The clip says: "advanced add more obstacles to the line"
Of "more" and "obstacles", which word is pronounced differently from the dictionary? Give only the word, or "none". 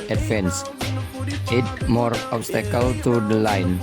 obstacles